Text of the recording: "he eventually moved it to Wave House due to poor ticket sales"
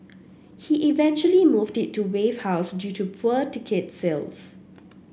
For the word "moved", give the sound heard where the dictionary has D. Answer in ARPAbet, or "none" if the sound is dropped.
D